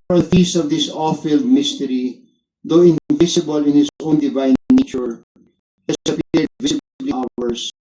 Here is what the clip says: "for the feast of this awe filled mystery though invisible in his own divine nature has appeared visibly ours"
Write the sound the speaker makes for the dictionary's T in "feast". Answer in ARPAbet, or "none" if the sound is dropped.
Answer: none